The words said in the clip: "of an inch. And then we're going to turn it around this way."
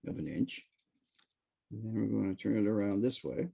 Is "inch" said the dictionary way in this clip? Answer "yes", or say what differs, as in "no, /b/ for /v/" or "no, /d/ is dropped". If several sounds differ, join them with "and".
yes